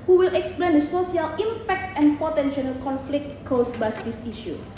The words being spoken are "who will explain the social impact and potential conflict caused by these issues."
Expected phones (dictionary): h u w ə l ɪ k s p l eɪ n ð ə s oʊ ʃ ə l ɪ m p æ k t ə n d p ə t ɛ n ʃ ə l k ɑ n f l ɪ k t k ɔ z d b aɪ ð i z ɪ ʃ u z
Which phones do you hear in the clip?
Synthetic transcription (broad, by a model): h u w ə l ɪ k s p l eɪ n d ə s oʊ s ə l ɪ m p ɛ k t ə n p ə t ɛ n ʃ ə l k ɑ n f l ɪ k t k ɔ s b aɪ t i s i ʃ u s